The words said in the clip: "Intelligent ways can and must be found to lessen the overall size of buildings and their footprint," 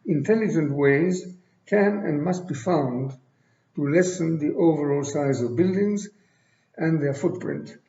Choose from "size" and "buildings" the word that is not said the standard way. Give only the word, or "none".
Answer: none